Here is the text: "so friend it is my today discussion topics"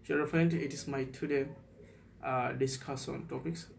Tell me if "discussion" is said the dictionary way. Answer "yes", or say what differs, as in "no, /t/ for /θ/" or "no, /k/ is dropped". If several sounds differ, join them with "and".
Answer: no, /s/ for /ʃ/